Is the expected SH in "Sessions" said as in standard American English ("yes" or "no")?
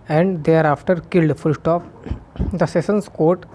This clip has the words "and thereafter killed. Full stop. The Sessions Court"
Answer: no